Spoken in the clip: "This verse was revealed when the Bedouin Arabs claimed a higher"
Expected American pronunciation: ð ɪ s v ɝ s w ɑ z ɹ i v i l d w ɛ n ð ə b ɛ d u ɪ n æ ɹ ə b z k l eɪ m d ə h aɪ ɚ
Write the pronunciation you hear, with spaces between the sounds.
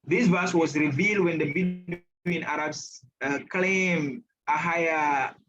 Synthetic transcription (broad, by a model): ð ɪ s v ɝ s w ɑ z ɹ i v i l d w ɛ n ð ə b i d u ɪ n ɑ ɹ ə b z k l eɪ m ə h aɪ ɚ